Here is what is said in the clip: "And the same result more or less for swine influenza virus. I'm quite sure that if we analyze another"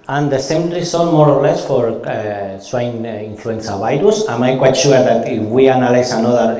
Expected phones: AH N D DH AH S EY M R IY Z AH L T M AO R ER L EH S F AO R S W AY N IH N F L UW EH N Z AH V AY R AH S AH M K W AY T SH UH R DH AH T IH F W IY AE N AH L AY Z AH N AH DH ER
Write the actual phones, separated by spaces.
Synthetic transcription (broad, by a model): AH N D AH S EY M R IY S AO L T M AO R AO L EH S F AO R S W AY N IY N F L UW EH N S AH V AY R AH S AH M K W AY T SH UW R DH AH T IH F W IY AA N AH L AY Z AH N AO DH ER